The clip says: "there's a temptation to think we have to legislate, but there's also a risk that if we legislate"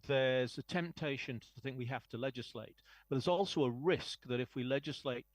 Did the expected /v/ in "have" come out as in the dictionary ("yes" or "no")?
no